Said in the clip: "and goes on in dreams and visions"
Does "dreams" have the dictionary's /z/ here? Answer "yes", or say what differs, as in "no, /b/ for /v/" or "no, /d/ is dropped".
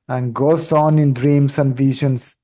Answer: no, /s/ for /z/